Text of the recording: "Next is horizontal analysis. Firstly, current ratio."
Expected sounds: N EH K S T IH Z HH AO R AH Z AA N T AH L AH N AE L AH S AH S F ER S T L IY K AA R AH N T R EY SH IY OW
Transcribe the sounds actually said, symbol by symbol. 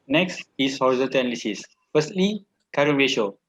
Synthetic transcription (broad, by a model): N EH K S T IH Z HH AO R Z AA T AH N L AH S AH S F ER S T L IY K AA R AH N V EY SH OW